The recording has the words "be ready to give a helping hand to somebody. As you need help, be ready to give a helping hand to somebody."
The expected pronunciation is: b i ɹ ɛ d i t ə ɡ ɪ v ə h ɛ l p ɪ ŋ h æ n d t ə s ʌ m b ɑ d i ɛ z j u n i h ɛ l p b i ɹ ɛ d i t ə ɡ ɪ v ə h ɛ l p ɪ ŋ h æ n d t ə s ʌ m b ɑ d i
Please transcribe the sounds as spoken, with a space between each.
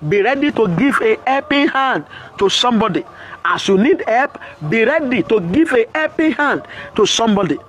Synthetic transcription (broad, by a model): b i ɹ ɛ d i t ə ɡ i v ə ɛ p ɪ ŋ h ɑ n d t ə s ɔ m b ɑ d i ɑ s j u n i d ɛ p b i ɹ ɛ d i t ə ɡ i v ə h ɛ p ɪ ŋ h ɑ n d t ə s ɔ m b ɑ d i